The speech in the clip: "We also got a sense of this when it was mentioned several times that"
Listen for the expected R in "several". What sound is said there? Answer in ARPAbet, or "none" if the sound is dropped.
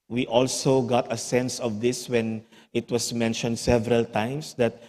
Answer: R